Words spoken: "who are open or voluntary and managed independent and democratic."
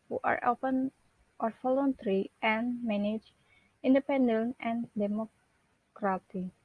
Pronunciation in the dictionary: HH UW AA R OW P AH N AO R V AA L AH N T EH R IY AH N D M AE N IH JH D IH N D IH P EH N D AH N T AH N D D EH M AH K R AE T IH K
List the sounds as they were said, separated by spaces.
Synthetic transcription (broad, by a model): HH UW AA R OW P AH N AO R F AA L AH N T R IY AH N M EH N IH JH IH N D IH P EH N D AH N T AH N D D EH M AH K R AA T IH